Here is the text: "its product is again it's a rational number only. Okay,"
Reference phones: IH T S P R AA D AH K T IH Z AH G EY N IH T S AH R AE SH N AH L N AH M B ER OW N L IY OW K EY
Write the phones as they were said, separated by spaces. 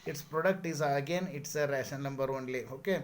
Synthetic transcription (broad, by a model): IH T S P R AA D AH K T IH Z AH G EY N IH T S AH R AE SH AH N AH M B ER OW N L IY OW K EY